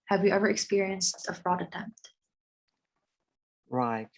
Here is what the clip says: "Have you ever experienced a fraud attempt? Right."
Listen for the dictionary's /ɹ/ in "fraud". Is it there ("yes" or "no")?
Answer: yes